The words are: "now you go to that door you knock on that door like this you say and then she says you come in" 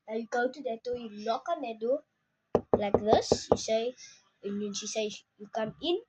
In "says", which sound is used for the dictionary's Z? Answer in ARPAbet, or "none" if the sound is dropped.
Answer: none